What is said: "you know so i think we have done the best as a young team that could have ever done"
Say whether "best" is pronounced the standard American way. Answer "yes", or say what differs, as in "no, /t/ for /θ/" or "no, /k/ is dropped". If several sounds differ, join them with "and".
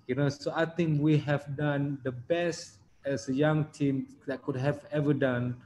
yes